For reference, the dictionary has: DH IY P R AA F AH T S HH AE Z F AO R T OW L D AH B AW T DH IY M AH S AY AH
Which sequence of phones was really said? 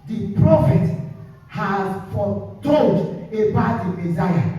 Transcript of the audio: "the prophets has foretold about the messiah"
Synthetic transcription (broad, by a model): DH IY P R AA F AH T HH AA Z F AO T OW D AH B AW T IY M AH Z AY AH